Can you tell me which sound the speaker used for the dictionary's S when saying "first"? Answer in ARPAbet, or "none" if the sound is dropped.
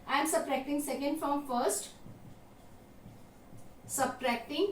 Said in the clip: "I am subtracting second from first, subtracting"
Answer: S